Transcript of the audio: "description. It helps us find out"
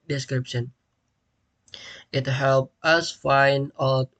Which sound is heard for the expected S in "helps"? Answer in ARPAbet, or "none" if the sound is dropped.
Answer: none